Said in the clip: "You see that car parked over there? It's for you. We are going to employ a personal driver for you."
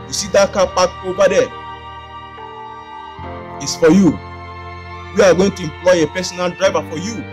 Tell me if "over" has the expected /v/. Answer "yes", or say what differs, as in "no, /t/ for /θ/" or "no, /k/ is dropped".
no, /b/ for /v/